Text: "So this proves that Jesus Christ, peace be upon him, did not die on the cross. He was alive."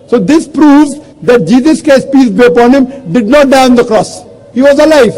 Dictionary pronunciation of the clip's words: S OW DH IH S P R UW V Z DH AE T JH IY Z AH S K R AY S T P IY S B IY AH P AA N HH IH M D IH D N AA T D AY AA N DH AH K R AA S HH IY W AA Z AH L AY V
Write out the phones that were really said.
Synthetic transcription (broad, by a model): S OW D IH S P R UW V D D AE T JH IY Z AH S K AY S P IY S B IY AH P AA N HH IH M D IH D N AA T D AY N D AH K R AA S HH IY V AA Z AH L AY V